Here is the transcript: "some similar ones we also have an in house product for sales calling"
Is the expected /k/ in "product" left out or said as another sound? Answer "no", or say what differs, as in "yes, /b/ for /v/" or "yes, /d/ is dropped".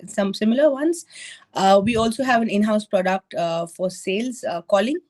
no